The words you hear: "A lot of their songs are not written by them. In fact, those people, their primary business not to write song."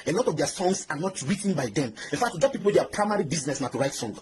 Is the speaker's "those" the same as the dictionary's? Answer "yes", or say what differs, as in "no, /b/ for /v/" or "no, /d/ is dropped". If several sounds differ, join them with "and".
no, /z/ is dropped